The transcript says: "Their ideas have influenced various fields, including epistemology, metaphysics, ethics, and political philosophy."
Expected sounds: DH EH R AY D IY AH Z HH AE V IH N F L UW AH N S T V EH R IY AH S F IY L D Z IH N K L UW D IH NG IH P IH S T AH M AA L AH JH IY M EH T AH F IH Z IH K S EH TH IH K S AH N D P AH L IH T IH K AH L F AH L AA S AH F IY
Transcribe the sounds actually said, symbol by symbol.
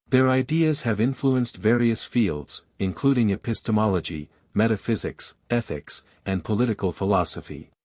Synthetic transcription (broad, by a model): DH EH R AY D IY AH Z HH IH V IH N F L UW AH N S T V EH R IY AH S F IY L D Z IH N K L UW D IH NG IH P IH S T AH M AA L AH JH IY M EH T AH F IH Z IH K S EH TH IH K S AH N P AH L IH T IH K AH L F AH L AA S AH F IY